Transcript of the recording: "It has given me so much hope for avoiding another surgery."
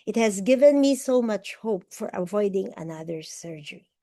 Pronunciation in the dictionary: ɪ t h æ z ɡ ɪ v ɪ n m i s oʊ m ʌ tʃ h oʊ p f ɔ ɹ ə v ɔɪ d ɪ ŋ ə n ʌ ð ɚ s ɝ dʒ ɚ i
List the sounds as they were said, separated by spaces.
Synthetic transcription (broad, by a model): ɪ t h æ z ɡ ɪ v ɪ n m i s oʊ m ʌ tʃ h oʊ p f ɔ ɹ ə v ɔɪ d ɪ ŋ ə n ʌ ð ɚ s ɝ dʒ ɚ i